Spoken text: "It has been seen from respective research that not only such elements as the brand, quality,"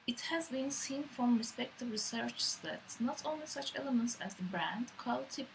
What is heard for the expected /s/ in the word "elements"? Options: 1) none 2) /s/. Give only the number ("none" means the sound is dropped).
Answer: 2